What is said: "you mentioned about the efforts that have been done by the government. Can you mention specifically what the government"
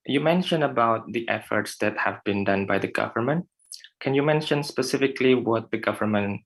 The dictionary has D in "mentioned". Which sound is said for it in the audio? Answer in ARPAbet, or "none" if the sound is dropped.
none